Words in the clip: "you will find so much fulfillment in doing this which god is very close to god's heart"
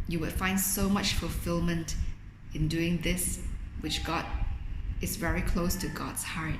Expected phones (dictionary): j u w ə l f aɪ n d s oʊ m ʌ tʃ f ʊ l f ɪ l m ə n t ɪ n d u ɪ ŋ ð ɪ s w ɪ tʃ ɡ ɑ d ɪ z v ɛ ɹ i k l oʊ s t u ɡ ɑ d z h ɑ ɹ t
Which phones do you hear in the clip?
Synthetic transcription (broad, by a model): j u w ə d f aɪ n d s oʊ m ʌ tʃ f ʊ l f ɪ l m ə n t ɪ n d u ɪ ŋ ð ɪ s w ɪ tʃ ɡ ɑ d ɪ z v ɛ ɹ i k l oʊ s t u ɡ ɑ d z h ɑ ɹ t